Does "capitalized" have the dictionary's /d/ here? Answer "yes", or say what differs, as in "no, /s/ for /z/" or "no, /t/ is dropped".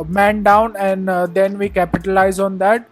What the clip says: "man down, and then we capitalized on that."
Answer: no, /d/ is dropped